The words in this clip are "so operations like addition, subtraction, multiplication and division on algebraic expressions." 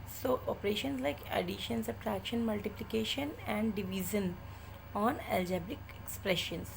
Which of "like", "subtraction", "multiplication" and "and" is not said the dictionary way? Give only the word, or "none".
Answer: subtraction